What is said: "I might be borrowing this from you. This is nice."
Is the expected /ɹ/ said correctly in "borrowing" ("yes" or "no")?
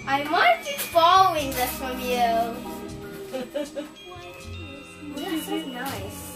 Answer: no